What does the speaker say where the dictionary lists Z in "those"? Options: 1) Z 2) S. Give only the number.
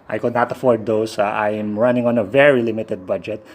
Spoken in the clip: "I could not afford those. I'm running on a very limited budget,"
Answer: 2